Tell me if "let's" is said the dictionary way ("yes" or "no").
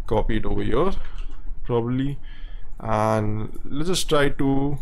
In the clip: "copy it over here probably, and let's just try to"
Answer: no